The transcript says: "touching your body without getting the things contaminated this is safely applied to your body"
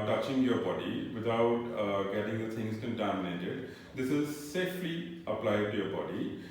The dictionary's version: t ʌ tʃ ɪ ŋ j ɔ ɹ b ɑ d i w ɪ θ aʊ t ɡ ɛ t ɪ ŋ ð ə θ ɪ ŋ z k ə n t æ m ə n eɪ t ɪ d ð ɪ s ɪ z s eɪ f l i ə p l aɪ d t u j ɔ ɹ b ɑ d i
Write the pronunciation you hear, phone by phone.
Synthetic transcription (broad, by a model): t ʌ tʃ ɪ ŋ j ɔ ɹ b ɑ d i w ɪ t aʊ t ɡ ɛ t ɪ ŋ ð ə t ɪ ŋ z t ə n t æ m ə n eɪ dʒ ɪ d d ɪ s ɪ z s eɪ f l i ə p l aɪ d t u j ɔ ɹ b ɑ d i